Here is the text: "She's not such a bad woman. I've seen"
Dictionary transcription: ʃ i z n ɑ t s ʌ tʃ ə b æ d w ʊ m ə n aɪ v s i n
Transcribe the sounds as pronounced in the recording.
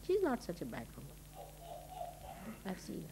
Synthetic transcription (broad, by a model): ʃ i z n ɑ t s ʌ tʃ ə b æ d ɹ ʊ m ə ɪ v s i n